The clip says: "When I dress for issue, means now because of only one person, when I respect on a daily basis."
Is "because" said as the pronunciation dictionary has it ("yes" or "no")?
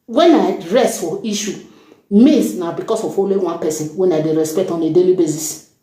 no